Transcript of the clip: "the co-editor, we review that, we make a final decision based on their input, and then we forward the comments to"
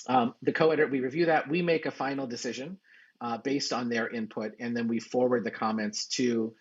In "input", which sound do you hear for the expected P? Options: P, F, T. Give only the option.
P